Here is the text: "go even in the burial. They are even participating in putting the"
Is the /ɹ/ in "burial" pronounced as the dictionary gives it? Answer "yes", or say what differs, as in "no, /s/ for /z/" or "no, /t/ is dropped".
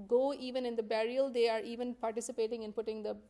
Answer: yes